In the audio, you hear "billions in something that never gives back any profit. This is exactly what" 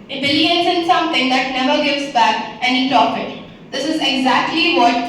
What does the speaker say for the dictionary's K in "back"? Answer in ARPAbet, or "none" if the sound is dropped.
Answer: K